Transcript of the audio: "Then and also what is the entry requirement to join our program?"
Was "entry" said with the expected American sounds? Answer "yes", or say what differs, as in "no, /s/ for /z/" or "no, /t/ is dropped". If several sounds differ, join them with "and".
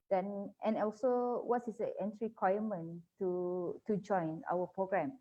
yes